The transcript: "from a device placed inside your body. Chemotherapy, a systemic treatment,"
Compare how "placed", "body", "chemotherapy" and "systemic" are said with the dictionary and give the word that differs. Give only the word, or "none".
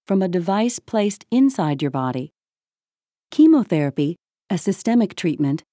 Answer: none